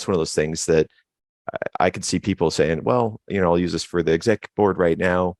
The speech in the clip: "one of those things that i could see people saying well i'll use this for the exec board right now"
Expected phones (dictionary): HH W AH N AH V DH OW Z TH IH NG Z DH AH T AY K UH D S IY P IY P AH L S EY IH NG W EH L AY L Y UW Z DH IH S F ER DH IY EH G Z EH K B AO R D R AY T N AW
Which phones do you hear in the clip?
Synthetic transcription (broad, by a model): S W AH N AH V DH OW Z TH IH NG Z DH AH T AY K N S IY P IY P L S EY IH NG W EH L AY L Y UW Z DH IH S F ER DH IY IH G Z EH K B AO R D R AY T N AW